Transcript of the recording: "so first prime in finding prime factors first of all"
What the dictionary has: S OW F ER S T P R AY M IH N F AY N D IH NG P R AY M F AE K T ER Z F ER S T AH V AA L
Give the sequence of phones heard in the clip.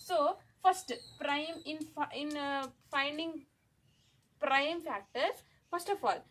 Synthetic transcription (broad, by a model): S OW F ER S T P R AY M IH N F AY N D IH NG P R AY M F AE K T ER F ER S T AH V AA L